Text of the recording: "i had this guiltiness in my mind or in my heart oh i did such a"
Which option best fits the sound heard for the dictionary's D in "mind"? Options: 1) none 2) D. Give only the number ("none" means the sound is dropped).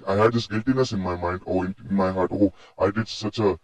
2